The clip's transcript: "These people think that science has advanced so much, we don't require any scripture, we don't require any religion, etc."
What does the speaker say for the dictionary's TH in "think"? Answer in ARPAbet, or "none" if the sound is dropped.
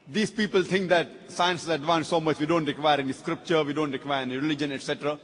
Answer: T